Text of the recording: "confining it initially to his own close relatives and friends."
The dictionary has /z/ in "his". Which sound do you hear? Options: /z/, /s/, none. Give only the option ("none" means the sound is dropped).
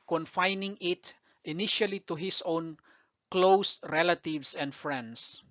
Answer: /s/